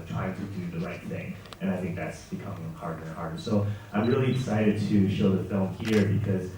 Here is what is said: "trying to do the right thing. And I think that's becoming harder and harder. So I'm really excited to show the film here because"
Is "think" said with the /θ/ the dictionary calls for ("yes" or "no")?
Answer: yes